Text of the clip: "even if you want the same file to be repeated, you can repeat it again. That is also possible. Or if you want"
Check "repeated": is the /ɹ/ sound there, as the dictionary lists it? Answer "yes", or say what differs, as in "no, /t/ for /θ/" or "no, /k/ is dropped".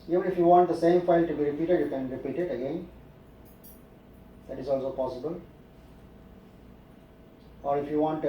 yes